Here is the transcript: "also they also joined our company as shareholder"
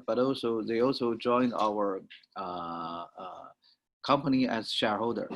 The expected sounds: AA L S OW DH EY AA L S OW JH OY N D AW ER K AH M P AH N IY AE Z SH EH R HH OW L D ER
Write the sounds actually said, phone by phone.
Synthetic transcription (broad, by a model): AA L S OW DH EY AA L S OW JH OY N D AW ER K AH M P AH N IY AE Z SH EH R HH OW L D ER